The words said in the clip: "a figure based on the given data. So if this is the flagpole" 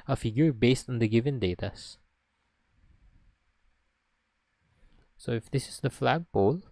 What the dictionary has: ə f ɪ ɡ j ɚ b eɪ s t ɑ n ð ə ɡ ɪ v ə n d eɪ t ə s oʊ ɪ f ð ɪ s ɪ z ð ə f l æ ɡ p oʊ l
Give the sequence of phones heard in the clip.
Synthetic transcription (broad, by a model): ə f ɪ ɡ j ɚ b eɪ s t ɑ n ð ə ɡ ɪ v ə n d eɪ t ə s oʊ ɪ f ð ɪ s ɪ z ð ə f l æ ɡ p oʊ l